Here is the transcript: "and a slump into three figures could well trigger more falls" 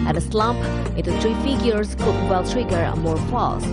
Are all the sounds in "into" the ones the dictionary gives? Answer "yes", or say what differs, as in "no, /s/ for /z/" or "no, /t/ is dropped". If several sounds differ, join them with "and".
no, /n/ is dropped